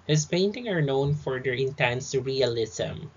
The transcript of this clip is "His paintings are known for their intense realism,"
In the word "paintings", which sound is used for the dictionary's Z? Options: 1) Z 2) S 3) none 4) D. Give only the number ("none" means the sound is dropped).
3